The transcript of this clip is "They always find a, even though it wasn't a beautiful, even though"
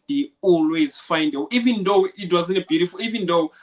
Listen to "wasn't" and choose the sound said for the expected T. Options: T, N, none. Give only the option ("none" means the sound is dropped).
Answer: none